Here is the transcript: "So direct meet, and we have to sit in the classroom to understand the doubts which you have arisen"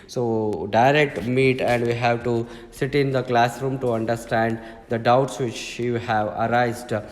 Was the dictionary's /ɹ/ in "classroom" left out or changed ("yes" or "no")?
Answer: no